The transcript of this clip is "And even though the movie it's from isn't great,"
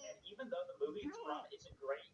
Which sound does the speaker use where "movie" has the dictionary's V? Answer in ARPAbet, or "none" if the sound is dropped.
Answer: V